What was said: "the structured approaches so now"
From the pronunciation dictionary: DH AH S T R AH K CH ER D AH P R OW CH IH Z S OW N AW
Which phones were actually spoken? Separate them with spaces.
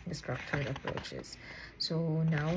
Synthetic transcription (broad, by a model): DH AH S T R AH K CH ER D AH P R OW CH IH Z S OW N AW